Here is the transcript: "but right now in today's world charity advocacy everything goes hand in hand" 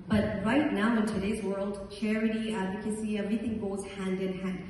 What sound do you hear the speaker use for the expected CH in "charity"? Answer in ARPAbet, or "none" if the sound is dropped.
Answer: CH